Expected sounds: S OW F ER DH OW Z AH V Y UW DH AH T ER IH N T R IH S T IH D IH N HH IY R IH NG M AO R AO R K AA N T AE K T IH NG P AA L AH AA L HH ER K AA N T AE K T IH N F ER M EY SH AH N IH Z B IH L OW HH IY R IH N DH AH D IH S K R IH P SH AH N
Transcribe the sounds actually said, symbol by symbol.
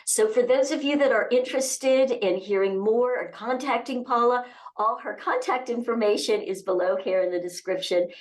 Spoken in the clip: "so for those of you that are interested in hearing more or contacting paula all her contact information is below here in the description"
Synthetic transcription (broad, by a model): S OW F ER DH OW Z AH V Y UW DH AH T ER IH N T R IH S T IH D IH N HH IY R IH NG M AO R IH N K AA N T AE K T IH NG P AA L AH AA L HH ER K AA N T AE K T IH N F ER M EY SH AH N IH Z B IH L OW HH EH R IH N DH AH D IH S K R IH P SH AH N